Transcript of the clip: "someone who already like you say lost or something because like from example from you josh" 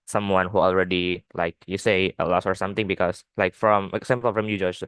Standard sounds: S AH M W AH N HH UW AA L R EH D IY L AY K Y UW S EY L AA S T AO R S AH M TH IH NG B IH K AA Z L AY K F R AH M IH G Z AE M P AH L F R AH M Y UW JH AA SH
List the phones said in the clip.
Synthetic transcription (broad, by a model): S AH M W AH N HH UW AA L R EH D IY L AY K Y UW S EY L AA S AO R S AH M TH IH NG B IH K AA S L AY K F R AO M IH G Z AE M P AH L F R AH M Y UW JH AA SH